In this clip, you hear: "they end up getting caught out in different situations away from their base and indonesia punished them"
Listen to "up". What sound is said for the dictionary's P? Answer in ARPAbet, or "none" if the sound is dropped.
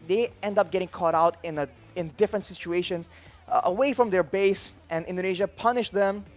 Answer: P